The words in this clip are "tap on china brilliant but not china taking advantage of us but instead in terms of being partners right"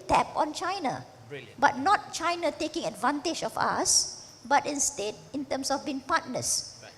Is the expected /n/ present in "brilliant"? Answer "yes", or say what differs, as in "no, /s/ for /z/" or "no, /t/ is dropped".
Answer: no, /n/ is dropped